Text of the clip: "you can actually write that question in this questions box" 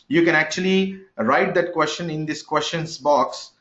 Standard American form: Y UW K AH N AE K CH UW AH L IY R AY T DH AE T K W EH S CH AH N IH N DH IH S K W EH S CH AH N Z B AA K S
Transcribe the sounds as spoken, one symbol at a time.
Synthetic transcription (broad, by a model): Y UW K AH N AE K CH UW AH L IY R AY T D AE T K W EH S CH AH N IH N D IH S K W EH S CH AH N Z B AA K S